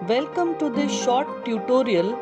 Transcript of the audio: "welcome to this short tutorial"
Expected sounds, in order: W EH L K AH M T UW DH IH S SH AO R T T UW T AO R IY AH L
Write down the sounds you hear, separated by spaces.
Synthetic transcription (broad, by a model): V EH L K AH M T UW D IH SH AO R T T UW T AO R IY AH L